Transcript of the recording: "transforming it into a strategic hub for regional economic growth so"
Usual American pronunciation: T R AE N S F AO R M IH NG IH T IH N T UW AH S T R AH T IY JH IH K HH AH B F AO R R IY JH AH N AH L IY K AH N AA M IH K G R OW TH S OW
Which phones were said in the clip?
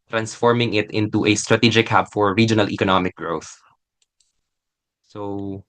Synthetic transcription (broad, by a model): T R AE N S F AO R M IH NG IH T IH N T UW AH S T R AH T IY JH IH K HH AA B F AO R R IY JH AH N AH L IY K AH N AA M IH K G R OW TH S OW